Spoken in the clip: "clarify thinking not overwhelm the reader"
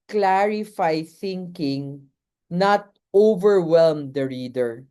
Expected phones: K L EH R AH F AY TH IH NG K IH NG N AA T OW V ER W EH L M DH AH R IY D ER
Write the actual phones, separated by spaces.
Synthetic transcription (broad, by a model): K L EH R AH F AY TH IH NG K IH NG N AA T OW V ER W EH L M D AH R IY D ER